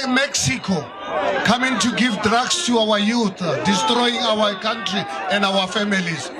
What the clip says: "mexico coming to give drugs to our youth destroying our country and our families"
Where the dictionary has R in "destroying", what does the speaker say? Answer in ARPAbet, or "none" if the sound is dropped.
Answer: R